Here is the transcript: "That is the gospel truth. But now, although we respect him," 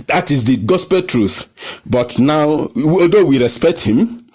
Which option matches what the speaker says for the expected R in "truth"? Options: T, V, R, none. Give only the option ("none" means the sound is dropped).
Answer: R